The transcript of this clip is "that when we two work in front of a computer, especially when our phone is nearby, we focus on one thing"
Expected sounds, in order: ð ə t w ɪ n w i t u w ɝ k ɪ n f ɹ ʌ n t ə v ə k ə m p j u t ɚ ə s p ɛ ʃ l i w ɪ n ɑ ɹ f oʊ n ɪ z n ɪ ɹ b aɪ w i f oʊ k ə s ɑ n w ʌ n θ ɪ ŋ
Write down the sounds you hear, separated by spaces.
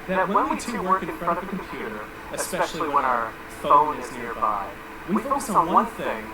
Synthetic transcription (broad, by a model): ð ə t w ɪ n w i t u w ɝ k ɪ n f ɹ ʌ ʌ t ə v ə k m p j u t ɚ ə s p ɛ ʃ l i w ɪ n ɑ ɹ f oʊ l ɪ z n ɪ ɹ b aɪ w i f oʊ ə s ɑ w ʌ n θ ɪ ŋ